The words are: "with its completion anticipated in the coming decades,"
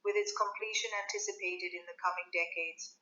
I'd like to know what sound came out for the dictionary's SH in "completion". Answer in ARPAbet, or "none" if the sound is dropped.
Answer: SH